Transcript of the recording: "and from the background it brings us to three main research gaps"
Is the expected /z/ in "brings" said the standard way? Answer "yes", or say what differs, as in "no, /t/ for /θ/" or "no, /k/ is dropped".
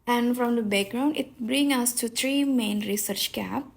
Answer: no, /z/ is dropped